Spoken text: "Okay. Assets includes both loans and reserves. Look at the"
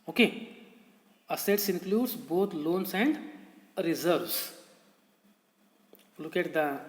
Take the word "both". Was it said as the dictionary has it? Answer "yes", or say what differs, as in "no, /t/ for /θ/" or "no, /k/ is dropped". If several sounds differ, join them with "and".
no, /t/ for /θ/